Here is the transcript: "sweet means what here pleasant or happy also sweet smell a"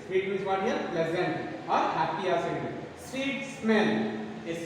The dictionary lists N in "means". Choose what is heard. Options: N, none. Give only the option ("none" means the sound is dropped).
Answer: none